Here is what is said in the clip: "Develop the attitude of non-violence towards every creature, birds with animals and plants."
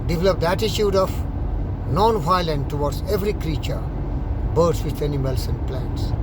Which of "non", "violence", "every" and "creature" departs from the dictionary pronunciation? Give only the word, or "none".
violence